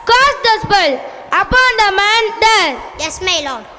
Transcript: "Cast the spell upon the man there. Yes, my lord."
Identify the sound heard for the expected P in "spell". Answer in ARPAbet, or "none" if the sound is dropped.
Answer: B